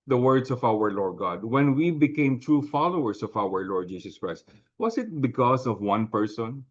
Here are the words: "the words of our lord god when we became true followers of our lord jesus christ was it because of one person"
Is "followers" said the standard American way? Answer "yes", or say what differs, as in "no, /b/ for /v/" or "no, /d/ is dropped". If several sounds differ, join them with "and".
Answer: no, /s/ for /z/